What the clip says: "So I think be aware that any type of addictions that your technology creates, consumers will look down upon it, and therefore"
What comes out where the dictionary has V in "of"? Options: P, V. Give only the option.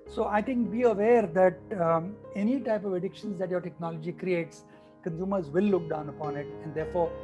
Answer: V